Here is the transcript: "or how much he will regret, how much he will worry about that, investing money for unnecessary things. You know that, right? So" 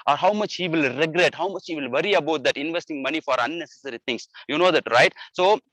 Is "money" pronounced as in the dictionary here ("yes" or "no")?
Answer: yes